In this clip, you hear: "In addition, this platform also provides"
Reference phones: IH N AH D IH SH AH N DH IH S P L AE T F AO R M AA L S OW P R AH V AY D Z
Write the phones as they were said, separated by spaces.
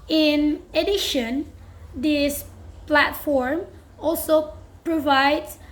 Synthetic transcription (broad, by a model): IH N AH D IH SH AH N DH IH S P L AE T F AO R M AA L S OW P R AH V AY D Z